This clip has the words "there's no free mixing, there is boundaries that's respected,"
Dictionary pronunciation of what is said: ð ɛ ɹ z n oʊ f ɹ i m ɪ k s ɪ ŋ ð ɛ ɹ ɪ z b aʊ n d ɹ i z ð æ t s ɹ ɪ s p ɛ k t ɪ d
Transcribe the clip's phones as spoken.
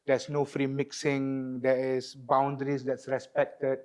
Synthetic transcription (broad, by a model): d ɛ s n oʊ f ɹ i m ɪ k s ɪ ŋ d ɛ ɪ s b aʊ n d ɹ i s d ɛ t s ɹ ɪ s p ɛ k t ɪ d